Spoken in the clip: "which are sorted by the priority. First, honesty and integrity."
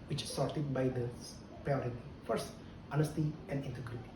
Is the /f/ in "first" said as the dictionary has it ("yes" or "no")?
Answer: yes